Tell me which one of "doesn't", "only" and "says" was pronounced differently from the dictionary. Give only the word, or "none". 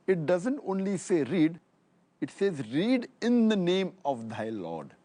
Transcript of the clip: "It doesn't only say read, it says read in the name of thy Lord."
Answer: none